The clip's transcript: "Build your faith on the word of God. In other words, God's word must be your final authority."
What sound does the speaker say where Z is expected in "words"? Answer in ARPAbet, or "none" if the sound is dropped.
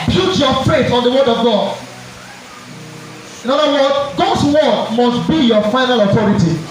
none